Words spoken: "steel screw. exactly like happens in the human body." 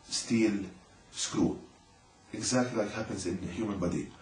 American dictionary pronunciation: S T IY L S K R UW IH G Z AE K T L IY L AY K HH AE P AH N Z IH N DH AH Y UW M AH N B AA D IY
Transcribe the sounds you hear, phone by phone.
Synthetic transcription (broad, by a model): S T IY L S K R UW IH G Z AE K T L IY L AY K HH AE P AH N Z IH N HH Y UW M AH N B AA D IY